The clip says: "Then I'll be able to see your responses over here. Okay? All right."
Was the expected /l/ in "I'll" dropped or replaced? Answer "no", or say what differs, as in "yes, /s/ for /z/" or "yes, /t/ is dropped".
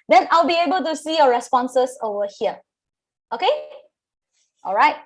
no